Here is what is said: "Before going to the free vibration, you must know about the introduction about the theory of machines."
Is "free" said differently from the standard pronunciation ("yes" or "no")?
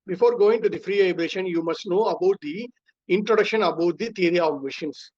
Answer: no